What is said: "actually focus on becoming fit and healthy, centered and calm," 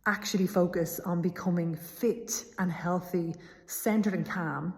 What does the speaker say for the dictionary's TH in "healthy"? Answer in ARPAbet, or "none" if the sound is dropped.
TH